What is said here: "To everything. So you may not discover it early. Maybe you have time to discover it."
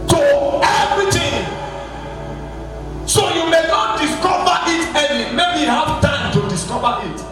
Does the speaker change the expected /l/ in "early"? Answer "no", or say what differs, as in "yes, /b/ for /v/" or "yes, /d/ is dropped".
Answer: yes, /n/ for /l/